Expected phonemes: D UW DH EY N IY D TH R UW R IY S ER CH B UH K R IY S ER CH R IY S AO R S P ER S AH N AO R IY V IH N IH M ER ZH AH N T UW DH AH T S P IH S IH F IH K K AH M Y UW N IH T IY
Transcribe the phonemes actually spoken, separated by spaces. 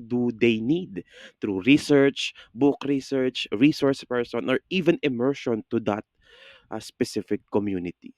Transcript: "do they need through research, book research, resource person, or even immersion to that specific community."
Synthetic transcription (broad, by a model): D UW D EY N IY D T R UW R IY S ER CH B UH K R IY S ER CH R IY S AO R S P ER S AH N AO R IY V IH N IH M ER SH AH N T UW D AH T S P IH S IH F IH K K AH M Y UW N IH T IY